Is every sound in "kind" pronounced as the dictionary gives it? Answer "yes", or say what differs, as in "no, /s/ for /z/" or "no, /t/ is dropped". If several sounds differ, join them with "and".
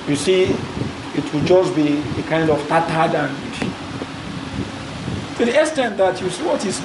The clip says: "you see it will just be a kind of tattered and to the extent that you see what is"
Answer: yes